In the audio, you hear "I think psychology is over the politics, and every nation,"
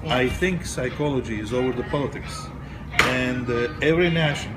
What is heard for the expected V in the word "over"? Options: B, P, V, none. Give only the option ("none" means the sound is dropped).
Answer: V